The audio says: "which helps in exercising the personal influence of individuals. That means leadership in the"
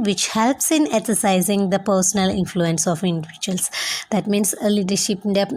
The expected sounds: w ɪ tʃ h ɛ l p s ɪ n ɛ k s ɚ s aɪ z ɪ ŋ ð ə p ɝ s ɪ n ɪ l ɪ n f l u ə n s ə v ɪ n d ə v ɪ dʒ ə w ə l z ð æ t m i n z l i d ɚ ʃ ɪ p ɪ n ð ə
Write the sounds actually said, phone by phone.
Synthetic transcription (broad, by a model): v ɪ tʃ h ɛ l p s ɪ n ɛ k s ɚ s aɪ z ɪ ŋ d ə p ɝ s ɪ n ɪ l ɪ n f l u ə n s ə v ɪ n d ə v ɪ dʒ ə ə l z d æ t m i n s l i d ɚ ʃ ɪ p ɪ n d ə